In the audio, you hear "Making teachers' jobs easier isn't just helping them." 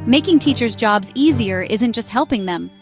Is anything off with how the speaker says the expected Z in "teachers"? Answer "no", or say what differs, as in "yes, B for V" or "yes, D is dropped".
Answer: no